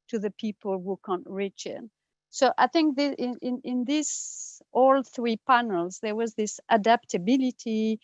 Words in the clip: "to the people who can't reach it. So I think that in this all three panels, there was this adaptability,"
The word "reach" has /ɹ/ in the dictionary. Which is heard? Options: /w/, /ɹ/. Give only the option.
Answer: /ɹ/